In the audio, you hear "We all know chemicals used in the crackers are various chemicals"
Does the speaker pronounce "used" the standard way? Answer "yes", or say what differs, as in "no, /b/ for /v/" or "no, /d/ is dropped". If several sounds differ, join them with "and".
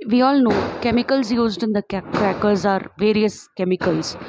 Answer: yes